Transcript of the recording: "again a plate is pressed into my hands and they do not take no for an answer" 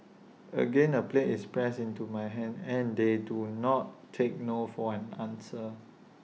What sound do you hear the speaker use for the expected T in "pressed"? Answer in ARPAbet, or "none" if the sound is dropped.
none